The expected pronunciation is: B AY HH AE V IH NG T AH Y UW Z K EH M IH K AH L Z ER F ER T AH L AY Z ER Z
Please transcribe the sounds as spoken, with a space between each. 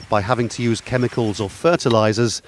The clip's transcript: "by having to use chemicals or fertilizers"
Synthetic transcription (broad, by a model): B AY HH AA V IH NG T AH Y UW Z K EH M IH K AH L Z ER F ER T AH L AY Z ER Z